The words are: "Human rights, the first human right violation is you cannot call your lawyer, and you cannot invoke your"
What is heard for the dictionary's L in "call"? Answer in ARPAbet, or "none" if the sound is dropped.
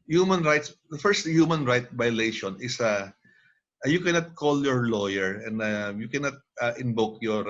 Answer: L